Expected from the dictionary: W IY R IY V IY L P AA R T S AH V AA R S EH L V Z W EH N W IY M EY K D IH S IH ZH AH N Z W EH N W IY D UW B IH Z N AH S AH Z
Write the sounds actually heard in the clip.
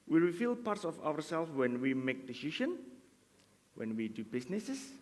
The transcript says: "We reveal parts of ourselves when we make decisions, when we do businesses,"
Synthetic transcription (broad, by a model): W IY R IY F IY L P AA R T S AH F AA R S EH L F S W EH N W IY M EY K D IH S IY SH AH N W EH N W IY D UW B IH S N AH S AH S